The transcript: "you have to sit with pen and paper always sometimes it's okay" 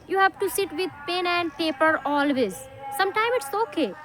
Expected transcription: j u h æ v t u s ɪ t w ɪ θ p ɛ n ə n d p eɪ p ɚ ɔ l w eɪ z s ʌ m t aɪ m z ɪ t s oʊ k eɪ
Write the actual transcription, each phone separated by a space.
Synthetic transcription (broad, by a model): j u h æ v t u s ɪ t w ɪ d p ɛ n ə n d p eɪ p ɚ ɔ l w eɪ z s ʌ m t aɪ m ɪ t s oʊ k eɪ